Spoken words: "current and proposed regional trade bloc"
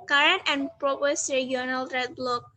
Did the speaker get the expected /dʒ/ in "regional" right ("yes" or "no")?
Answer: no